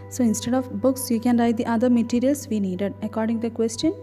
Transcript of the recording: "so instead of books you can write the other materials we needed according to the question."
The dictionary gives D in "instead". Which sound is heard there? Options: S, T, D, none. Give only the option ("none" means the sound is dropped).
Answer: D